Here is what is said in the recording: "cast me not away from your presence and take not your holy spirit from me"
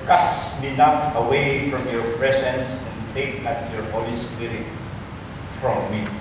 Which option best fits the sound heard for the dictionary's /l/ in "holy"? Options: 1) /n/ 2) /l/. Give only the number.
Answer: 2